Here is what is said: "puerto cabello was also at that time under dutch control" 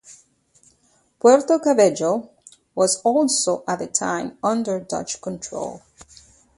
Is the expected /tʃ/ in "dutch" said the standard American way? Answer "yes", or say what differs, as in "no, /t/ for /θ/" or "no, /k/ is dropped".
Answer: yes